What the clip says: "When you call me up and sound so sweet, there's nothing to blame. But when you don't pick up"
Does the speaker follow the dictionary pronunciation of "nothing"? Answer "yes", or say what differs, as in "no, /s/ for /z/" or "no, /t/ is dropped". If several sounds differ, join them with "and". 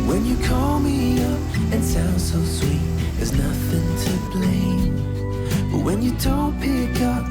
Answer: yes